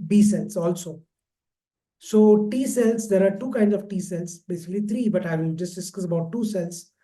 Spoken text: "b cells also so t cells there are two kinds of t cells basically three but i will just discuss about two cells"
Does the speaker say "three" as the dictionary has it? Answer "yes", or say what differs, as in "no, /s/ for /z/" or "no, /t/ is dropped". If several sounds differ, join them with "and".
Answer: no, /t/ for /θ/